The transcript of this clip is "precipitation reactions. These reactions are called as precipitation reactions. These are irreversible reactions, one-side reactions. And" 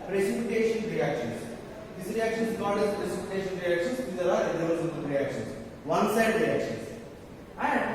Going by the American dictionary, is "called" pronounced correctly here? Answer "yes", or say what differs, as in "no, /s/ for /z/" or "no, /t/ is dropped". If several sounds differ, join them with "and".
no, /l/ is dropped